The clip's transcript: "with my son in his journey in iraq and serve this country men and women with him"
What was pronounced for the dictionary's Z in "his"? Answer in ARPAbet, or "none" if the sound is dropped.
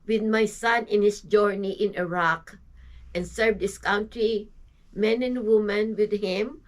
S